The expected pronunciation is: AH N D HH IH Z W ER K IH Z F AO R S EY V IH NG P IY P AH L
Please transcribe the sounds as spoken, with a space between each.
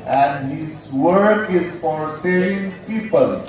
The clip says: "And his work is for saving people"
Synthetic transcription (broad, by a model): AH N D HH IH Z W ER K IH Z F AO R S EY IH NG P IY P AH L